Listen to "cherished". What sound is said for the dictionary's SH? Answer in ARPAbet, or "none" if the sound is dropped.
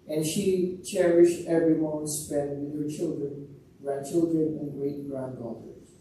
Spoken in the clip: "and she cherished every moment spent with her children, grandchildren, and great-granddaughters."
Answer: SH